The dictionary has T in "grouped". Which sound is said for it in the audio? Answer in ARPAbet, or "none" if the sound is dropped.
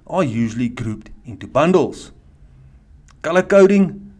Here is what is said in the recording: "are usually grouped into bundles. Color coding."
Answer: T